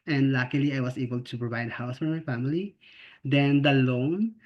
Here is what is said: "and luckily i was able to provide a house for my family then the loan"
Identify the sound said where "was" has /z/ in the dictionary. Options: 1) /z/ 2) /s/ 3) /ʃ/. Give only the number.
2